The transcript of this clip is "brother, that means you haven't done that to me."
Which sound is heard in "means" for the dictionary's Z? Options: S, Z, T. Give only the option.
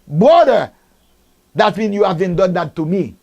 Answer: S